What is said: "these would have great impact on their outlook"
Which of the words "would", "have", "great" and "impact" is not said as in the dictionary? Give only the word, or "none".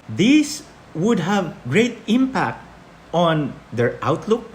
none